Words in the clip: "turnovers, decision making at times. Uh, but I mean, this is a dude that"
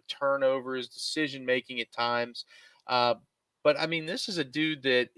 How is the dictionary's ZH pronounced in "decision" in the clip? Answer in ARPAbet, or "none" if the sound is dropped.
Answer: ZH